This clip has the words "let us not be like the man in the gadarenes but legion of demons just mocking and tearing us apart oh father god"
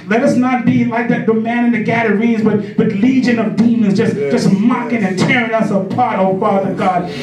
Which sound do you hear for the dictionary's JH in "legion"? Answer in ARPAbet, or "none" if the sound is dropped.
JH